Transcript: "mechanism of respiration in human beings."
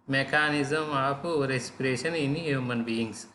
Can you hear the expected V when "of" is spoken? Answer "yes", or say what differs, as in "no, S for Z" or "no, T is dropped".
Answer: no, P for V